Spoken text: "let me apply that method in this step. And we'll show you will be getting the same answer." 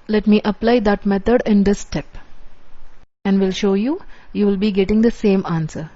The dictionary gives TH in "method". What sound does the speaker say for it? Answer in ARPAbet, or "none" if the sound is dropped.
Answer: T